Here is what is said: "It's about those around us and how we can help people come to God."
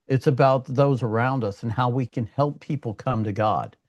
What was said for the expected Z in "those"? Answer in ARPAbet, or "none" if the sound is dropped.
Z